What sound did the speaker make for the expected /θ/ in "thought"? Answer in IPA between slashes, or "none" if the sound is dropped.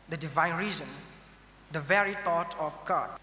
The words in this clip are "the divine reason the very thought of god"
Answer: /t/